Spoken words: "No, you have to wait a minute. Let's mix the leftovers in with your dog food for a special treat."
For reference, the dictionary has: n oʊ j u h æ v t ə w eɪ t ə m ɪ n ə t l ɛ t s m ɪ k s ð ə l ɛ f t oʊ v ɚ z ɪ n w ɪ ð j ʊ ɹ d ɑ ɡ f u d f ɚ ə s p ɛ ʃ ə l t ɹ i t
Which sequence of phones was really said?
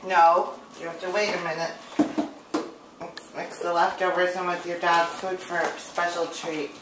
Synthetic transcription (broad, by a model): n oʊ j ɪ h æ f t ə w eɪ t ə m ɪ n ə t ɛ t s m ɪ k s ð ə l ɛ f t oʊ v ɚ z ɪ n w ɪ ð j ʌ ɹ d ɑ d f u d f ɚ s p ɛ ʃ l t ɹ i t